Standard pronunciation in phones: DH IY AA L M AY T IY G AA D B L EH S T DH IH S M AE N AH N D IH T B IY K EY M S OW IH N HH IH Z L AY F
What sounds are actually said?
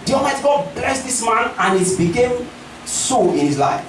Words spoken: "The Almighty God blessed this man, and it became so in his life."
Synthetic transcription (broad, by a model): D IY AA M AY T G AA D B L EH S T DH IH S M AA N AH N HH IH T B IY K EY M S OW IH N HH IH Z L AY F